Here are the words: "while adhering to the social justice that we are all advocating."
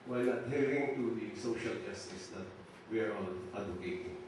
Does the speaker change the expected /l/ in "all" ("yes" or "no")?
yes